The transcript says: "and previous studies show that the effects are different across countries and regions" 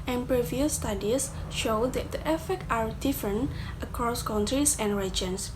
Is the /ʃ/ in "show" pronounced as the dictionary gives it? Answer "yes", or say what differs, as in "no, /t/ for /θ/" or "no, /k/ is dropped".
yes